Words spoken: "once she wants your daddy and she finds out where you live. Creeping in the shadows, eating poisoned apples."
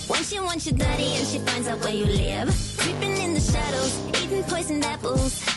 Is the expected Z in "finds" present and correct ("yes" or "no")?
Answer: yes